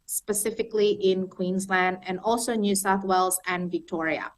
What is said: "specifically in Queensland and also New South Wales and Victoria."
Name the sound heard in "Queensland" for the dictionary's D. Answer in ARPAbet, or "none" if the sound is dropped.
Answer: D